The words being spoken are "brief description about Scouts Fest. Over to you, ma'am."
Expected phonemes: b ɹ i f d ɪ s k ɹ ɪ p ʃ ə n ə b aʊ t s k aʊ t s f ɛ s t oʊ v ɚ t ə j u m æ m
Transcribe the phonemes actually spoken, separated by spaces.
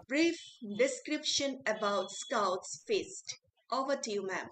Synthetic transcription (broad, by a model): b ɹ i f d ɪ s k ɹ ɪ p ʃ ə n ə b aʊ t s k aʊ t s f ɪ s t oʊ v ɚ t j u m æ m